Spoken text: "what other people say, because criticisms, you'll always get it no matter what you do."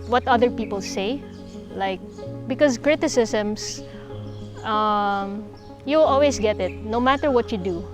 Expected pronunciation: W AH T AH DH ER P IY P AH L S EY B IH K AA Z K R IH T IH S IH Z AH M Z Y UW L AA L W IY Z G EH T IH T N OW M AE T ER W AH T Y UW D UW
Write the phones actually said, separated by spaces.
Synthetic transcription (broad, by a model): W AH T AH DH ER P IY P AH L S EY B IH K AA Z K R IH T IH S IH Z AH M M Y UW L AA L W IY S G EH T IH T N OW M AE T ER W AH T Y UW D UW